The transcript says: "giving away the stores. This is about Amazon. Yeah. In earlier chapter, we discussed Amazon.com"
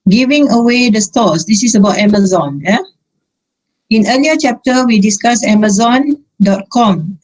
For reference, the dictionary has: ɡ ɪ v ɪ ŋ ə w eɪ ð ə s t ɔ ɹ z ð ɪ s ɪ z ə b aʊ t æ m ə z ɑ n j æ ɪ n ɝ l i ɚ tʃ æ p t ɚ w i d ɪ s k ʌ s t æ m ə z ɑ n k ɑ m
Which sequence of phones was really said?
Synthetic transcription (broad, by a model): ɡ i v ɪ ŋ ə w eɪ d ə s t ɔ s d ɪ s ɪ s ə b aʊ t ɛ m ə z ɑ n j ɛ ɪ n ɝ l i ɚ tʃ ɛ p t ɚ w i d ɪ s k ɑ s ɛ m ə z ɑ n k ɑ m